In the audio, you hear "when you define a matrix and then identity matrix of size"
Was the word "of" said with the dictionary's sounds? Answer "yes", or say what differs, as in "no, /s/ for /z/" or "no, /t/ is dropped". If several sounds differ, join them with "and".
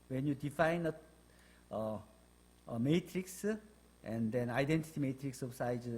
no, /b/ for /v/